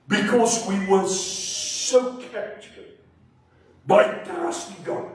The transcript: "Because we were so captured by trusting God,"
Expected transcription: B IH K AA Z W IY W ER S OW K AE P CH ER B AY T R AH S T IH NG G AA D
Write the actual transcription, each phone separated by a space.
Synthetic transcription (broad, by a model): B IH K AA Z W IY W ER S OW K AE CH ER B AY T AH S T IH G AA